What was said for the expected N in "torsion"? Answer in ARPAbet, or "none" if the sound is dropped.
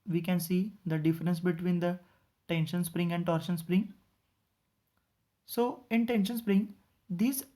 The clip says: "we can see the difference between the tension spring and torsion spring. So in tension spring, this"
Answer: N